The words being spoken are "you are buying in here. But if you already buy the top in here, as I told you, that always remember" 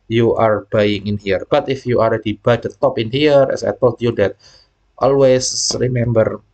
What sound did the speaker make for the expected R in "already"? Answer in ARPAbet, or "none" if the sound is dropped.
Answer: L